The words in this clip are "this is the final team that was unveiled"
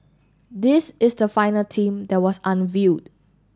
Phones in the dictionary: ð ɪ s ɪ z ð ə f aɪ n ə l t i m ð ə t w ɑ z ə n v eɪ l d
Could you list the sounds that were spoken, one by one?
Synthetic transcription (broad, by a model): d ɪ s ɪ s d ə f aɪ n ə l t i m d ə t w ɑ s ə n v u d